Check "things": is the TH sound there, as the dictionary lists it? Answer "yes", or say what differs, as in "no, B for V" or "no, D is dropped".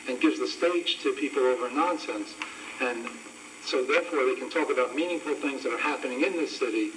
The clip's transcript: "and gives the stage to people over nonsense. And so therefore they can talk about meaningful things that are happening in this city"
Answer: yes